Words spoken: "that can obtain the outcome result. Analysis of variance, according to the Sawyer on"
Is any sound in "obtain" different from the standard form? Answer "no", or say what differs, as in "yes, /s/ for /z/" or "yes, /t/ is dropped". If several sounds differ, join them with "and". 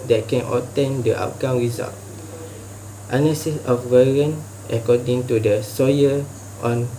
yes, /b/ is dropped